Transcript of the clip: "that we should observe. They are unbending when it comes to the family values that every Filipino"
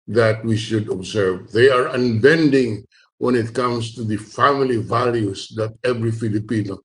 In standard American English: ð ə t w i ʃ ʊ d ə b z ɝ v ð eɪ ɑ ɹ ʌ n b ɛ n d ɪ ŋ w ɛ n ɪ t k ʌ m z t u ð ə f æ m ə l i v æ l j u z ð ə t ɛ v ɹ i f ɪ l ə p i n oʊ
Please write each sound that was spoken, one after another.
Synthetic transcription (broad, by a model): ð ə t w i ʃ ʊ d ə b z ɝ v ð eɪ ɑ ɹ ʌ n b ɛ n d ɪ ŋ w ɛ n ɪ t k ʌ m s t u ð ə f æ m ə l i v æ l j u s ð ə t ɛ v ɹ i f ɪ l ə p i n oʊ